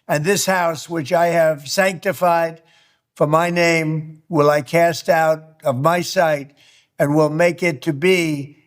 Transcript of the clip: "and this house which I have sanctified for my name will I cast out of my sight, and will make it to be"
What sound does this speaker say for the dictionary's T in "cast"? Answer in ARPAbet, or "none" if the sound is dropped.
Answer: T